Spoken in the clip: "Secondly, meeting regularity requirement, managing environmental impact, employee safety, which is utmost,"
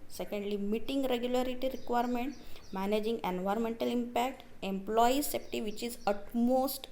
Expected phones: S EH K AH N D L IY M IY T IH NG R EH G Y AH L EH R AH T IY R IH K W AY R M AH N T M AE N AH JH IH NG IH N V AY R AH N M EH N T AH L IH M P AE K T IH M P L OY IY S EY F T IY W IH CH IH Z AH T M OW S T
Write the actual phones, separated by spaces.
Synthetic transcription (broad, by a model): S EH K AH N D L IY M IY T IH NG R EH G Y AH L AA R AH T IY R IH K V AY R M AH N T M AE N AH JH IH NG IH N V AY R AH N M EH N T AH L IH M P AE K T IH M P L OY IY S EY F T IY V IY CH IH Z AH T M OW S T